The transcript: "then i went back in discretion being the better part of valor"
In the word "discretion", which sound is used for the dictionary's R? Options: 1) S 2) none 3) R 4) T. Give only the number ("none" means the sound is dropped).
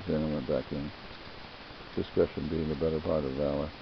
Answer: 2